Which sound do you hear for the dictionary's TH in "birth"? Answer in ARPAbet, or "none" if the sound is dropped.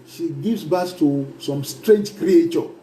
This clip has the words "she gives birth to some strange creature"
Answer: S